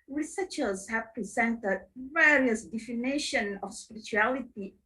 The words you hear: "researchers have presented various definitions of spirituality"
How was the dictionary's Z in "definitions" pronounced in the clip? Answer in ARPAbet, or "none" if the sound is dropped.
none